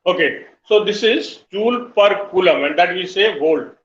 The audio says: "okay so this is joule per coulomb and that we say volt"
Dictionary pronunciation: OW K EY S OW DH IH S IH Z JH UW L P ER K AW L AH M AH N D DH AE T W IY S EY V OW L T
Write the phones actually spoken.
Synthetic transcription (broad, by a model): OW K EY S OW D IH S IH Z CH UW L P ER K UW L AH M AH N D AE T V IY S EY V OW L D